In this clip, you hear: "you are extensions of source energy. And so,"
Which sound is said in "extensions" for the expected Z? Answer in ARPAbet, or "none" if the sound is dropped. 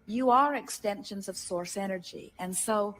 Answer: Z